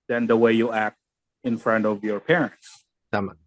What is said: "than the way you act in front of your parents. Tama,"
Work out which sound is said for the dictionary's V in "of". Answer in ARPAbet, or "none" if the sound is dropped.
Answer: V